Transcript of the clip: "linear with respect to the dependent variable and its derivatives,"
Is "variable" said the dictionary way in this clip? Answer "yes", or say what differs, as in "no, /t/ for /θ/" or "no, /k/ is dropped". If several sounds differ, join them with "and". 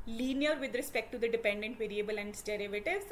yes